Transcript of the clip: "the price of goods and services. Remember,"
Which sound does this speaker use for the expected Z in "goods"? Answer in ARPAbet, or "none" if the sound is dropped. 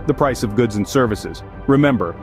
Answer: Z